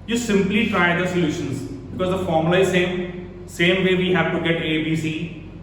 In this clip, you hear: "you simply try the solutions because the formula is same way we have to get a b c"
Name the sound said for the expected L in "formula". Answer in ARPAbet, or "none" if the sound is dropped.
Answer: none